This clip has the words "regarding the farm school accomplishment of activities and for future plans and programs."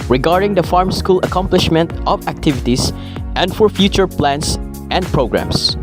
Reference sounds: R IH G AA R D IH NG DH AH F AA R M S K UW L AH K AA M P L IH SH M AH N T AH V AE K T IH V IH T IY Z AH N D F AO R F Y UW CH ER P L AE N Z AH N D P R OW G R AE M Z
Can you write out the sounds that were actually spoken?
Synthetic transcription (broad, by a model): R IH G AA R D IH NG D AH F AA R M S K UW L AH K AA M P L IH SH M AH N T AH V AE K T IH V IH T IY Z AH N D F AO R F Y UW CH ER P L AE N S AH N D P R OW G R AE M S